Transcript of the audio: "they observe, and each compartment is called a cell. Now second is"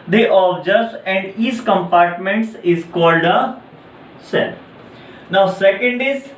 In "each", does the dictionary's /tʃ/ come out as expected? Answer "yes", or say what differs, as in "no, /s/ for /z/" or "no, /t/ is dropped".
no, /s/ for /tʃ/